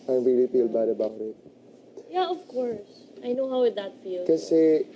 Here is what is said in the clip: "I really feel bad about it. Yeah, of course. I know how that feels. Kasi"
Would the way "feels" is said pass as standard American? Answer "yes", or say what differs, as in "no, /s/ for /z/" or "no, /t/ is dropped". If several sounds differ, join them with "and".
no, /z/ is dropped